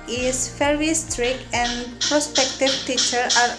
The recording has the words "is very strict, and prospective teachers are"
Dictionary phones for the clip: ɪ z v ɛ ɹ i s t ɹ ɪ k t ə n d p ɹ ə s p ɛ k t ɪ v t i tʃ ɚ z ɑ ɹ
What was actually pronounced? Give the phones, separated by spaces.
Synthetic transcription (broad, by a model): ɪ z f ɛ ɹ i s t ɹ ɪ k ə n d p ɹ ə s p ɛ k t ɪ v t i tʃ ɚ ɑ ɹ